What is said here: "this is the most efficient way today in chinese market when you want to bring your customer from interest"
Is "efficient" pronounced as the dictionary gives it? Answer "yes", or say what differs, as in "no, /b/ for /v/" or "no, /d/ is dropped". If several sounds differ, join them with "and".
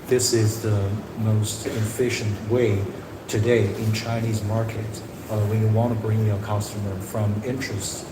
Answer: yes